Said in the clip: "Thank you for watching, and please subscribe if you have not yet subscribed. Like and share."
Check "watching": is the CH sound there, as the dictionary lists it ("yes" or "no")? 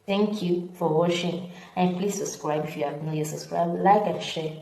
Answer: no